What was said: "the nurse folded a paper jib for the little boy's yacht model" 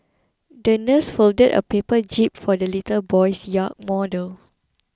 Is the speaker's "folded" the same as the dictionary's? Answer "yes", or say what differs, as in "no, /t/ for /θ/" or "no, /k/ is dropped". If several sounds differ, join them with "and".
yes